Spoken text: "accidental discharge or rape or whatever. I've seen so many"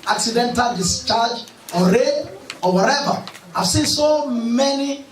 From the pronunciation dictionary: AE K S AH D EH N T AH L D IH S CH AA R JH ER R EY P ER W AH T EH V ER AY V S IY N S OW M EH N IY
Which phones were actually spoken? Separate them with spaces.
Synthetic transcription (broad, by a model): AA K S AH D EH N T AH L D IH S CH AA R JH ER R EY ER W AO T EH V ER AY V S IY N S OW M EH N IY